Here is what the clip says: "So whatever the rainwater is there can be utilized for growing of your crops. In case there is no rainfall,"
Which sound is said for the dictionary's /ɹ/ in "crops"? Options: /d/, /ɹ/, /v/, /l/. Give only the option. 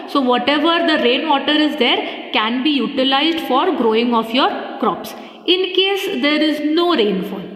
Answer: /ɹ/